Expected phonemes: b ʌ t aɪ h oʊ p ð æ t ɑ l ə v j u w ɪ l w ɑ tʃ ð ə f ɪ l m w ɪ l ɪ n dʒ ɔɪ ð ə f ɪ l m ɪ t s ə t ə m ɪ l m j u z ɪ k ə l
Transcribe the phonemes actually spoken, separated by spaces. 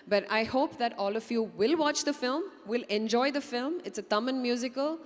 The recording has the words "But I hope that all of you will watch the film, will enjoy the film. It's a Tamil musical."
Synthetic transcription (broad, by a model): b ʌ t aɪ h oʊ p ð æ t ɑ l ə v j u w ɪ l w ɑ tʃ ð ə f ɪ l m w ɪ l ɪ n dʒ ɔɪ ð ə f ɪ l m ɪ t s ə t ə m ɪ n m j u z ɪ k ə l